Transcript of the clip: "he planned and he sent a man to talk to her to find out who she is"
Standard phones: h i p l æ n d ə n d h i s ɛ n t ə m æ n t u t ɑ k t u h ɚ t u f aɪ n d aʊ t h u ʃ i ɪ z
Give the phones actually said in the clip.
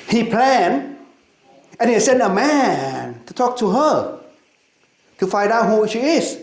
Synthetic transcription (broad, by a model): h i p l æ n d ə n h i s ɛ n t ə m æ n t u t ɑ k t u h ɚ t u f aɪ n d aʊ t h u ʃ i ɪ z